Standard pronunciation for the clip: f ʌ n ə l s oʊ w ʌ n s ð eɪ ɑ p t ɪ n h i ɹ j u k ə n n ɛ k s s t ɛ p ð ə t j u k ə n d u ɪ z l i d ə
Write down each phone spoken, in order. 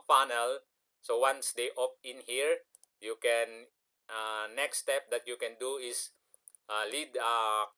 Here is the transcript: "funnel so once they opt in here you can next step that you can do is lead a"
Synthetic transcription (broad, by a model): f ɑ n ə l s oʊ w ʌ n s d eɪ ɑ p ɪ n h i ɹ j u k ə n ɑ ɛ k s s t ɛ p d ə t j u k ə n d u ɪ s l i d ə